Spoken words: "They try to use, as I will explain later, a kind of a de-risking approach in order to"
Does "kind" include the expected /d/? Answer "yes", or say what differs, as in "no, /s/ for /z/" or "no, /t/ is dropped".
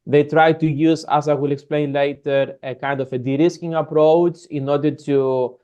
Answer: yes